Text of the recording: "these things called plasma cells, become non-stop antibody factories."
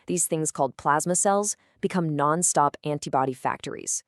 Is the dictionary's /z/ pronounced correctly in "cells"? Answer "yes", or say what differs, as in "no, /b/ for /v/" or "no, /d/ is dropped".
yes